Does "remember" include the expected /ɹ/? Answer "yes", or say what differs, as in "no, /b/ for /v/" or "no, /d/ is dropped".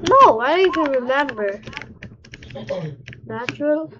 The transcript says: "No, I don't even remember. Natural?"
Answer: yes